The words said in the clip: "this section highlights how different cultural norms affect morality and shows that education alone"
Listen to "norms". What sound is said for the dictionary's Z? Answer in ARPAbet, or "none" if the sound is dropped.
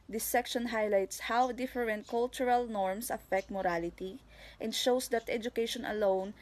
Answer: S